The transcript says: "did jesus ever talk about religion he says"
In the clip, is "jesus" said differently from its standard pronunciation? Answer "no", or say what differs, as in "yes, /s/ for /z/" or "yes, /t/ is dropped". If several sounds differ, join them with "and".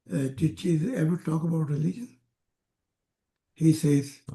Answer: yes, /tʃ/ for /dʒ/